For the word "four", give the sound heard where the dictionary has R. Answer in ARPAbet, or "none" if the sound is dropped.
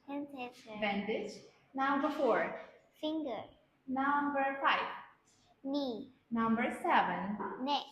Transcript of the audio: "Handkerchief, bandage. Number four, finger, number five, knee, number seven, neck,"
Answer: R